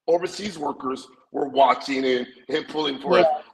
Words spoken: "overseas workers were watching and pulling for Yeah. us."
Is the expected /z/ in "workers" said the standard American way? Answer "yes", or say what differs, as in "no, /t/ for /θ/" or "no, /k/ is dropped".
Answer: yes